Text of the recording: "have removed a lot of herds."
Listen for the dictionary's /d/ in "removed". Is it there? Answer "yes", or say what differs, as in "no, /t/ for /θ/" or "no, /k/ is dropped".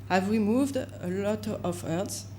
yes